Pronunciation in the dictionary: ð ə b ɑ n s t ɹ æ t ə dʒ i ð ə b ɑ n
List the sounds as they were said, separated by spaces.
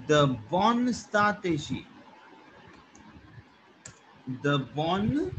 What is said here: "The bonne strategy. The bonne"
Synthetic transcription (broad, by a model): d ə b ɑ n s t ɑ t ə ʃ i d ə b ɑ n